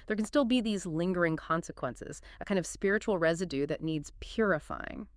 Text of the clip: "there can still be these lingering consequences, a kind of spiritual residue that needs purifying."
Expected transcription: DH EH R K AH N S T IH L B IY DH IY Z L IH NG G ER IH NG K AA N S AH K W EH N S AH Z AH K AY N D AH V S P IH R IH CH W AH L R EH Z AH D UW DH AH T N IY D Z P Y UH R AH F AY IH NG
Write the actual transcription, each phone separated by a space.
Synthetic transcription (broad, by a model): DH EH R K N S T IH L B IY DH IY Z L IH NG G ER IH NG K AA N S AH K W EH N S AH Z AH K AY N D AH V S P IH R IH CH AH L R EH Z AH D UW DH AH T N IY D Z P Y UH R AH F AY IH NG